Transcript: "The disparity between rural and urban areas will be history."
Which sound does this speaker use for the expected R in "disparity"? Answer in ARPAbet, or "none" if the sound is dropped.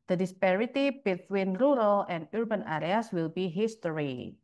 R